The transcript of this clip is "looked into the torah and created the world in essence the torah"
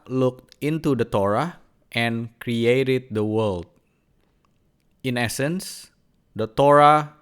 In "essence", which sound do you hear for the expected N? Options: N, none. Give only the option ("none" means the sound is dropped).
N